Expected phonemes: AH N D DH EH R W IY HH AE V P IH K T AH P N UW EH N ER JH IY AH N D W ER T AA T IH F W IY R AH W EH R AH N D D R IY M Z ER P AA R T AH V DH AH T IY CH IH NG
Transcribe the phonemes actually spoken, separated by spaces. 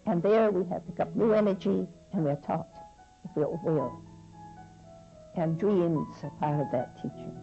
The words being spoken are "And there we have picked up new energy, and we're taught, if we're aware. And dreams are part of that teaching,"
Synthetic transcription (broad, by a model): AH N DH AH R W IY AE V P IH K AH P N UW EH N ER JH IY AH N W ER T AA T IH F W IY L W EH L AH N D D R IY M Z ER P AA R T AH V DH AH T IY CH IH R